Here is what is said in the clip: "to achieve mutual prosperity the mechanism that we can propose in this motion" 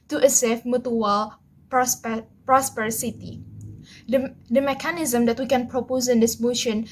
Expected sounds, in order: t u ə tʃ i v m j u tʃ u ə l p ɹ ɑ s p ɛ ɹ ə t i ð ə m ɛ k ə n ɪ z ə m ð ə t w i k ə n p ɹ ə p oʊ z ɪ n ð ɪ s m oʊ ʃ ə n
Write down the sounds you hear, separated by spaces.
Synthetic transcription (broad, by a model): t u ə s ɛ f m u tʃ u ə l p ɹ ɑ s p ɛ ɹ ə t i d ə m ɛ k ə n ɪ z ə m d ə t w i k ə n p ɹ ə p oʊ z ɪ n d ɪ s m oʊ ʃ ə n